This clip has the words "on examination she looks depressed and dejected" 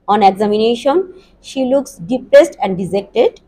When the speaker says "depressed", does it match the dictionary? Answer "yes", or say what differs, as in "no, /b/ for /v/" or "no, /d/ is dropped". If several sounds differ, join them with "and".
yes